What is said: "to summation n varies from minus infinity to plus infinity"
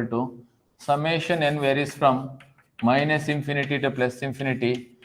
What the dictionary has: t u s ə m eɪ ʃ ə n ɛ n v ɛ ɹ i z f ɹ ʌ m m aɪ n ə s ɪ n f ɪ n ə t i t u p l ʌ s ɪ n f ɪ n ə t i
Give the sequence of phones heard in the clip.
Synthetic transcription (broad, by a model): t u s ə m eɪ ʃ ə n ɛ n v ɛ ɹ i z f ɹ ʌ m m aɪ n ə s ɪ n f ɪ n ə t i t u p l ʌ s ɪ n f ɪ n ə t i